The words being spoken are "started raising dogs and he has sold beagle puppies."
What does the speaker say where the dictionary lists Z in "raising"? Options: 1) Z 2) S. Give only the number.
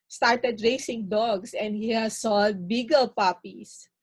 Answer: 2